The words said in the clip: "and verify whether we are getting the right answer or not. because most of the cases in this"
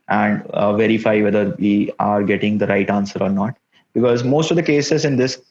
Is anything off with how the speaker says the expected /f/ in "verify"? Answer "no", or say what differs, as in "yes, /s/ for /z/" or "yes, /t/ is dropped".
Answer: no